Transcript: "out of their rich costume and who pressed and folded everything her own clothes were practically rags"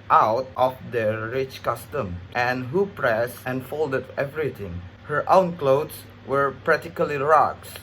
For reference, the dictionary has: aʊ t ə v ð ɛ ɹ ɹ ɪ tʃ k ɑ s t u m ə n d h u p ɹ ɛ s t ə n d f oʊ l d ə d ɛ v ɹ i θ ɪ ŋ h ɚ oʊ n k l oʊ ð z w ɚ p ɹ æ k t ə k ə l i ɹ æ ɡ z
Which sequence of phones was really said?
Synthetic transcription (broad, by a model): aʊ t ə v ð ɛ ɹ ɹ ɪ tʃ k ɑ s t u m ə n h u p ɹ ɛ s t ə n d f oʊ l d ə d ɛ v ɹ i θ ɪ ŋ h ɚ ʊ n k l oʊ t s w ɚ p ɹ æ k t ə k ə l i ɹ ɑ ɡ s